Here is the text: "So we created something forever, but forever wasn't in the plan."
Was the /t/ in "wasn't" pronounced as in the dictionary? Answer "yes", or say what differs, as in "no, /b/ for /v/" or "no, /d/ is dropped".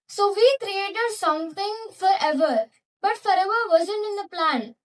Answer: no, /t/ is dropped